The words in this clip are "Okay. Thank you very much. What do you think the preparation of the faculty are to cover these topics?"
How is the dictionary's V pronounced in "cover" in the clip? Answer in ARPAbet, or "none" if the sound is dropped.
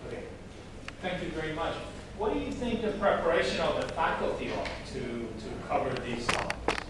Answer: V